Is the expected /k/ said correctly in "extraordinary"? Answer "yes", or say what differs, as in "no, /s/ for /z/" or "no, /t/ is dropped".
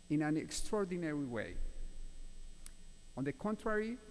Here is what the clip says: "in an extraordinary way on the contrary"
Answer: yes